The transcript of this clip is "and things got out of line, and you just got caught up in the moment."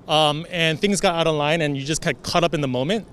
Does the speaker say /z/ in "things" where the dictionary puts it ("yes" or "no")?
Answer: yes